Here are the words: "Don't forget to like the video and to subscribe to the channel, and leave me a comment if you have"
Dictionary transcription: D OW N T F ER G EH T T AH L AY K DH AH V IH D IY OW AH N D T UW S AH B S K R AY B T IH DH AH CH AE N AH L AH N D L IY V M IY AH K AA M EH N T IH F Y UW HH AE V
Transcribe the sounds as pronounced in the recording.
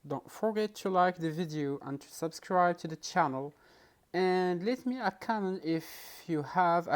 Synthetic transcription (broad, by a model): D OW N T F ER G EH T T AH L AY K DH AH V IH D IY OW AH N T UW S AH B S K R AY B T IH DH AH CH AE N AH L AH N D L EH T M IY AH K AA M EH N IH F Y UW HH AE V